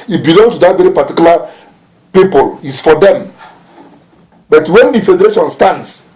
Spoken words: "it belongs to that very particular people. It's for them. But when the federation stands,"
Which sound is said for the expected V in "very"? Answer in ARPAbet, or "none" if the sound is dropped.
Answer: V